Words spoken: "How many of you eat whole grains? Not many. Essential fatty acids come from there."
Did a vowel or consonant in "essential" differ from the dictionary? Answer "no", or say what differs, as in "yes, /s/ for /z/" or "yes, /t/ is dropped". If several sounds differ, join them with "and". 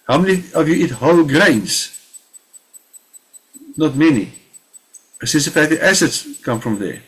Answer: yes, /s/ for /ʃ/